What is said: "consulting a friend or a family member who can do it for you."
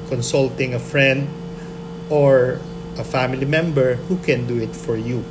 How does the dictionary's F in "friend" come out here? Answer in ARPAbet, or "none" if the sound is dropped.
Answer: F